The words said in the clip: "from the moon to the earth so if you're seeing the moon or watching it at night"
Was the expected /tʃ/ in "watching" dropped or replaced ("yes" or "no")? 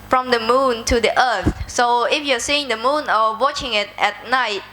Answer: no